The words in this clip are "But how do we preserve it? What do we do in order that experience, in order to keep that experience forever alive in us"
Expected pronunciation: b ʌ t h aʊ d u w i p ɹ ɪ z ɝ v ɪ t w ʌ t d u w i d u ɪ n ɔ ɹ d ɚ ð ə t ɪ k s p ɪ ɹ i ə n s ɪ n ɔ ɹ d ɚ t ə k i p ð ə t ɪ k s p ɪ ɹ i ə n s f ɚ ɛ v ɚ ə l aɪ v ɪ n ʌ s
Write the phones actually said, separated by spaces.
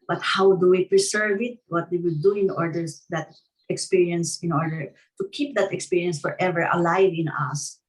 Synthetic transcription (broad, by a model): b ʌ t h aʊ d u w i p ɹ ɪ s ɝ v ɪ t w ʌ t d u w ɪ d u ɪ n ɔ ɹ d ɚ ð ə t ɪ k s p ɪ ɹ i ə n s ɪ n ɔ ɹ d ɚ t ə k i p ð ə t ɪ k s p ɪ ɹ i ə n s f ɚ ɛ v ɚ ə l aɪ v ɪ n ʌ s